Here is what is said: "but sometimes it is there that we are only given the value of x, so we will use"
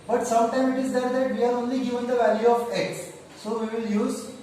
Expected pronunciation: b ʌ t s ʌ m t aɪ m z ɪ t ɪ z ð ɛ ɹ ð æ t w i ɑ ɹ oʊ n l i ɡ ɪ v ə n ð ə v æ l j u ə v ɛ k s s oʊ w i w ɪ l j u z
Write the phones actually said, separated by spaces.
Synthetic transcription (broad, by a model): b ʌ t s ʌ m t aɪ m ɪ t ɪ z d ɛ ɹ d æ t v i ɑ ɹ oʊ n l i ɡ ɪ v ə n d ə v æ l j u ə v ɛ k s s oʊ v i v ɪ l j u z